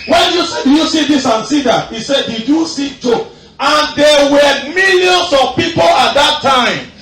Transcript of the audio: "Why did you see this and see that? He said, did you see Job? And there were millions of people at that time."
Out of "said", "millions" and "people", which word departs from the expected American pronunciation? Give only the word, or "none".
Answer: millions